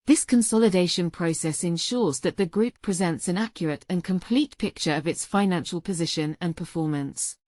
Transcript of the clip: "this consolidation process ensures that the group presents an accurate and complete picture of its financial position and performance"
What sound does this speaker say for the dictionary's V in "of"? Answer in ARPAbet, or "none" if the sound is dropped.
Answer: V